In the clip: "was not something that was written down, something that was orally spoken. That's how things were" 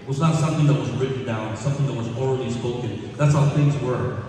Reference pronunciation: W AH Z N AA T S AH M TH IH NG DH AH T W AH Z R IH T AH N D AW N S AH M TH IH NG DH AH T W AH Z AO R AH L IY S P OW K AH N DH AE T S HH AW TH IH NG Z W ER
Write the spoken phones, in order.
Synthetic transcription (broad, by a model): W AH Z N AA T S AH M TH IH NG DH AH T W AH Z R IH T N D AW N S AH M TH IH NG DH AH T W AH Z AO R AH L IY S P OW K AH N DH AE T S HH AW TH IH NG Z W ER